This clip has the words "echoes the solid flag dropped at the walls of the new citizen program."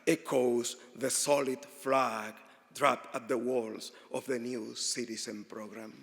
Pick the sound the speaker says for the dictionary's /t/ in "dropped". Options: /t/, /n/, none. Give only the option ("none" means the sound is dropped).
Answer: none